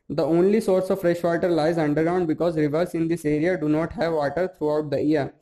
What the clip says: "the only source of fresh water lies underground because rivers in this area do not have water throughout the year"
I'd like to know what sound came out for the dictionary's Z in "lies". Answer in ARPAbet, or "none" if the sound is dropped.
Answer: Z